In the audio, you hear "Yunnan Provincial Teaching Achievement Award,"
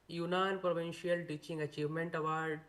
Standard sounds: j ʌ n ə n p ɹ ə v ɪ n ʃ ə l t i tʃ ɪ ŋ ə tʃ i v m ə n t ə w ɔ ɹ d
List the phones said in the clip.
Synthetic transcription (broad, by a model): j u n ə n p ɹ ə v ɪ n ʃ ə l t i tʃ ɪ ŋ ə tʃ i v m ə n t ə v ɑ ɹ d